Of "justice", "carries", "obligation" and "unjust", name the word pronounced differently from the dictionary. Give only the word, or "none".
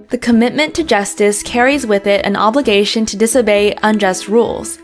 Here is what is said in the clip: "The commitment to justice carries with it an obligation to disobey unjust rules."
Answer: none